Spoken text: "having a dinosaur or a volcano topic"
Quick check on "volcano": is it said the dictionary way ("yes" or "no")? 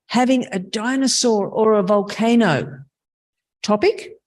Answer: yes